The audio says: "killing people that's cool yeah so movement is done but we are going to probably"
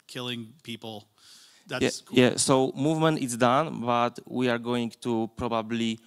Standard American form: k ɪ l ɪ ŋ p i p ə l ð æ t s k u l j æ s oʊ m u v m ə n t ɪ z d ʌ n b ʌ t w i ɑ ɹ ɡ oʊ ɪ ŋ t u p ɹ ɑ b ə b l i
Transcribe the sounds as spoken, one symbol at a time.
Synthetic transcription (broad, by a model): k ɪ l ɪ ŋ p i p l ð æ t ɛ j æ s oʊ m u v m ə n t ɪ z d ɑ n b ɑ t w i ɑ ɹ ɡ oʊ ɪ ŋ t u p ɹ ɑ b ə b l i